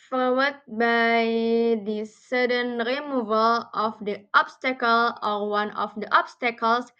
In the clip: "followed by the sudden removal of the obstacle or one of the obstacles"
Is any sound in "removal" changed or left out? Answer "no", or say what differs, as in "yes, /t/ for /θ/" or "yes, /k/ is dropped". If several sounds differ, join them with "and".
no